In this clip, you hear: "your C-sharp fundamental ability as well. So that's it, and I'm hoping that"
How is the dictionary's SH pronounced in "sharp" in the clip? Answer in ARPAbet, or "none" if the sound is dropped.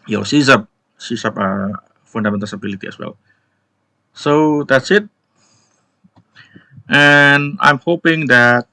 S